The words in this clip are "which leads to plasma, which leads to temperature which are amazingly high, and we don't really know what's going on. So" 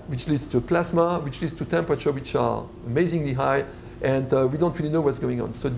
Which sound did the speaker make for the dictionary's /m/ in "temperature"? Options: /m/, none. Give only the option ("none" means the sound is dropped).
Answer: /m/